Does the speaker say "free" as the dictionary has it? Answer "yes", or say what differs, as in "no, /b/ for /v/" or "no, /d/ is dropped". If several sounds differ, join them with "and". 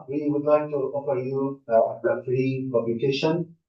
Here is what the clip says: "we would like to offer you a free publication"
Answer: yes